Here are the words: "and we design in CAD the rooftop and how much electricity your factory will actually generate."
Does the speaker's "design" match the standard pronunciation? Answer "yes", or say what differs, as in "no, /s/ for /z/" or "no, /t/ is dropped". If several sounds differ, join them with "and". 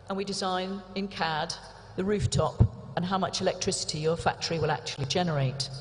yes